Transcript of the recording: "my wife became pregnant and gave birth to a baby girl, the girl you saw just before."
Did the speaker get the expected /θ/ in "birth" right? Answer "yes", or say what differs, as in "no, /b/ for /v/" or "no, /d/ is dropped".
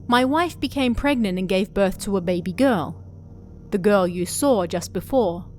yes